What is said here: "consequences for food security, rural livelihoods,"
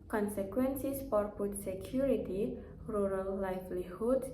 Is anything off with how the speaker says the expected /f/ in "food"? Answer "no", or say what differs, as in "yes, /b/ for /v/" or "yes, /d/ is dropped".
yes, /p/ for /f/